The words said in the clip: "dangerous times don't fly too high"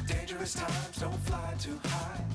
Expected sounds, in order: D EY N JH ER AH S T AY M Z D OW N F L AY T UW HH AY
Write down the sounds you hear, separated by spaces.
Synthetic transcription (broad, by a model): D EY N JH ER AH S T AY M Z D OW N F L AY T UW HH AY